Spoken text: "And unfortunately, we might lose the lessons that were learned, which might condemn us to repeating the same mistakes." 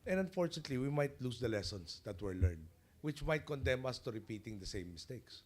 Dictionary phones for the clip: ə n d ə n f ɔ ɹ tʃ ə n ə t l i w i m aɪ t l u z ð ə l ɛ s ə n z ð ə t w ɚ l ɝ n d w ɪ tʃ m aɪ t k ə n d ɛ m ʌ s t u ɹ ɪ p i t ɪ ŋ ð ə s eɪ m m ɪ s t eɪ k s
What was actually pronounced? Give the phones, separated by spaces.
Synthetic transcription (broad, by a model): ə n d ə n f ɔ ɹ tʃ ə n ə t l i w i m aɪ t l u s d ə l ɛ s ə n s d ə t w ɚ l ɝ n d w ɪ tʃ m aɪ t k ə n d ɛ m ʌ s t u ɹ ɪ p i t ɪ ŋ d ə s eɪ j m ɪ s t eɪ k s